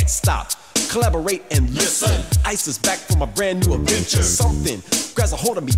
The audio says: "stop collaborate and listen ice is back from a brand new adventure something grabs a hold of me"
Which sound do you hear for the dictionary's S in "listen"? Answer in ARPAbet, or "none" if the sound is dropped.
S